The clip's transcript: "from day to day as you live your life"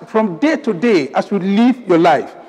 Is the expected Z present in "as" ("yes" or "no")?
no